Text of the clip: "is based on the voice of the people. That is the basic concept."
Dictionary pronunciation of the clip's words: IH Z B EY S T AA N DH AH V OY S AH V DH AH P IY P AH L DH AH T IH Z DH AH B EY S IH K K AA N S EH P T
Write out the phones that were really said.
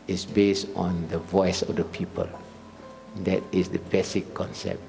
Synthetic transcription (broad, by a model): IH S B EY S T AA N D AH V OY S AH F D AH P IY P AH L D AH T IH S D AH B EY S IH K K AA N S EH P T